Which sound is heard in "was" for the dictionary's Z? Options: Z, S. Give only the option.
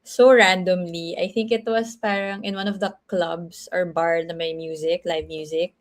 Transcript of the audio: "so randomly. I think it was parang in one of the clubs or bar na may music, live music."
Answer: S